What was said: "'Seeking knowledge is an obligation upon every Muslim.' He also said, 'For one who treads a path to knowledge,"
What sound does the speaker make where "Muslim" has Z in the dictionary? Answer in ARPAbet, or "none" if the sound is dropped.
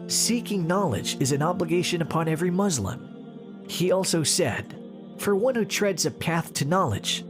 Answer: Z